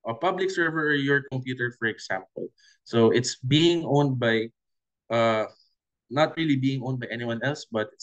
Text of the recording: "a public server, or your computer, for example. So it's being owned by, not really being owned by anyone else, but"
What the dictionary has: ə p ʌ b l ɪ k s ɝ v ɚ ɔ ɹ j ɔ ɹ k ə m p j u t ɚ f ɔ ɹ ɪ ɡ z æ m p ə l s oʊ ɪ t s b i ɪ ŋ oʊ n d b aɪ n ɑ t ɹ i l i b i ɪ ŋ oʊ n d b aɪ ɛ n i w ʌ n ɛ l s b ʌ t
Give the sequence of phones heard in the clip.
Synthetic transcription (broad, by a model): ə p ʌ b l ɪ k s ɝ v ɚ ɔ ɹ j ɔ ɹ k ə m p j u t ɚ f ɔ ɹ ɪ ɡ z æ m p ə l s oʊ ɪ t s b i ɪ ŋ oʊ n d b aɪ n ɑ t ɹ i l i b i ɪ ŋ oʊ n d b aɪ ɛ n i w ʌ n ɛ l s b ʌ t